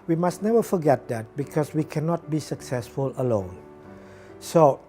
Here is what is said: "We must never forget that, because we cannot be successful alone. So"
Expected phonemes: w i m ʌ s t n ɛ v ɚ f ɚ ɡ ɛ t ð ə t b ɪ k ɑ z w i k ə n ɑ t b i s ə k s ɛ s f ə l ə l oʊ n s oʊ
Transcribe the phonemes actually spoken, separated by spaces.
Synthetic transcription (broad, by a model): w i m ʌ s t n ɛ v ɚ f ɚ ɡ ɛ t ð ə t b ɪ k ɑ s w i k ə n ɑ t b i s ə k s ɛ s f ə l ə l oʊ n s oʊ